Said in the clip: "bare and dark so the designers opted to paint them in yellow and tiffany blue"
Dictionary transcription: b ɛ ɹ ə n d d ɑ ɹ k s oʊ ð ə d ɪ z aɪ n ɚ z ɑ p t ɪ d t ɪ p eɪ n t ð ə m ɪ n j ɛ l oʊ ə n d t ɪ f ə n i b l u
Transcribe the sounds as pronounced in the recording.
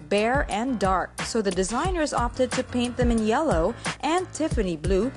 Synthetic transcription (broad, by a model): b ɛ ɹ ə n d d ɑ ɹ k s oʊ ð ə d ɪ z aɪ n ɚ z ɑ p t ɪ d t ɪ p eɪ n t ð ə m ɪ n j ɛ l oʊ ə n t ɪ f ə n i b l u